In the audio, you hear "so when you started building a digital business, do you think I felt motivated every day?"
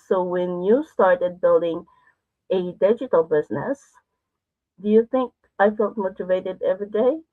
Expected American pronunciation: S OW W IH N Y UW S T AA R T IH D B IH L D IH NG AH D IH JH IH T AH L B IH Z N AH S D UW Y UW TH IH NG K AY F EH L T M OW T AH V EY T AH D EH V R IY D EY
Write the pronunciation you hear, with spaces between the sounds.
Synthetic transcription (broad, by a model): S OW W IH N Y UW S T AA R T IH D B IH L D IH NG AH D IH JH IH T L B IH Z N AH S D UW Y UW TH IH NG K AY F EH L T M OW T AH V EY T AH D EH V R IY D EY